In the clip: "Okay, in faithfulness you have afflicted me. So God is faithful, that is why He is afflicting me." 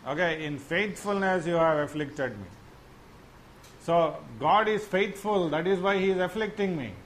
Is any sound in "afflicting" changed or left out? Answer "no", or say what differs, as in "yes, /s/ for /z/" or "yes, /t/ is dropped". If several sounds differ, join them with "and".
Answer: no